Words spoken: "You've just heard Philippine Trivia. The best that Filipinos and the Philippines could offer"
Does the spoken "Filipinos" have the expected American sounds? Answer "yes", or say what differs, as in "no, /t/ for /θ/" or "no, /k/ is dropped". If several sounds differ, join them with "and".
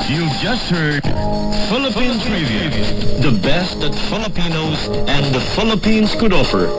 yes